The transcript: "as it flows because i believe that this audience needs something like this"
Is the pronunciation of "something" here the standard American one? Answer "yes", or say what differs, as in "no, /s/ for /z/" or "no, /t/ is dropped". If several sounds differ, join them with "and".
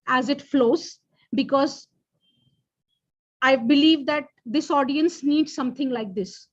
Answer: no, /t/ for /θ/